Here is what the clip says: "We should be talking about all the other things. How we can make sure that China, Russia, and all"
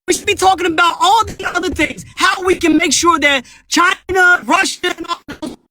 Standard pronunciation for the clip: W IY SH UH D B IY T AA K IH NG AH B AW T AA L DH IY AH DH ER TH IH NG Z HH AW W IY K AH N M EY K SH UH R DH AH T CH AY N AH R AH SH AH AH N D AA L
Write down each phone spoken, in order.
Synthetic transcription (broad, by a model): W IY SH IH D B IY T AA K IH NG AH B AW T AA L DH IY AH DH ER TH IH NG Z HH AW W IY K AH N M EY K SH UH R DH AH T CH AY N AH R AH SH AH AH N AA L